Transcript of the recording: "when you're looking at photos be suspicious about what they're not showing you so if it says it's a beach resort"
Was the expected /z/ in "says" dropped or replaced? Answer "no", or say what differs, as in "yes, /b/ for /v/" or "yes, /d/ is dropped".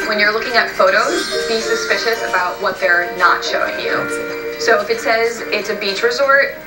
no